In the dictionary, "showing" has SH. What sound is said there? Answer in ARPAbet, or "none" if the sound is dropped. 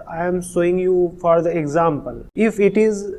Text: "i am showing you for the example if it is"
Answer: S